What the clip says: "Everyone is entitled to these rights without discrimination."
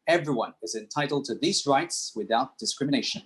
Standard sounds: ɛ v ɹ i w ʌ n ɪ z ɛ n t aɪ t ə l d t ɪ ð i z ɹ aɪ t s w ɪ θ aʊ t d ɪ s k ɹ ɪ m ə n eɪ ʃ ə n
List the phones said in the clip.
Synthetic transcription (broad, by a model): ɛ v ɹ i w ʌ n ɪ z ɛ n t aɪ t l d t ɪ ð i z ɹ aɪ t s w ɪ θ aʊ t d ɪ s k ɹ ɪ m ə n eɪ ʃ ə n